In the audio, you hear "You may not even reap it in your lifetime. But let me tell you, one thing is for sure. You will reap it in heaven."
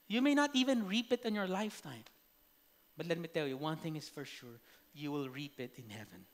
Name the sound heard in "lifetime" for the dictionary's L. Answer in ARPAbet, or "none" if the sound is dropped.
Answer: L